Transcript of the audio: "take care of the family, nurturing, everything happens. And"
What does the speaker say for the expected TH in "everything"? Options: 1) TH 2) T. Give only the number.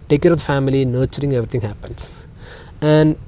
2